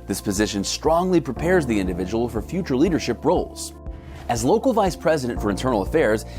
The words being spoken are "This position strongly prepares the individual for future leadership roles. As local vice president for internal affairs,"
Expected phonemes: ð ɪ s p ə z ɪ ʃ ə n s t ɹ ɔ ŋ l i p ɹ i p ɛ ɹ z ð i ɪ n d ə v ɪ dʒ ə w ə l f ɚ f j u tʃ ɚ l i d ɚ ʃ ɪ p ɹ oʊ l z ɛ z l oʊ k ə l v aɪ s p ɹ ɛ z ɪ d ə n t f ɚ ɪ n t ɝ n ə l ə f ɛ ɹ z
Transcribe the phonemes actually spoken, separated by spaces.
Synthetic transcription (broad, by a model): ð ɪ s p ə z ɪ ʃ ə n s t ɹ ɔ ŋ l i p ɹ i p ɛ ɹ z ð i ɪ n d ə v ɪ dʒ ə w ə l f ɚ f j u tʃ ɚ l i d ɚ ʃ ɪ p ɹ oʊ l z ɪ z l oʊ k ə l v aɪ s p ɹ ɛ z ɪ d ə n t f ɚ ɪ n t ɝ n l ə f ɛ ɹ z